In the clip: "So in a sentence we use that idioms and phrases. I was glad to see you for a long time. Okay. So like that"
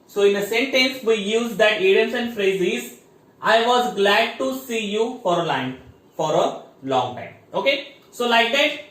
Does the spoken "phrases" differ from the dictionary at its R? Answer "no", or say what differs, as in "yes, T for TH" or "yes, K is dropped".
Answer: no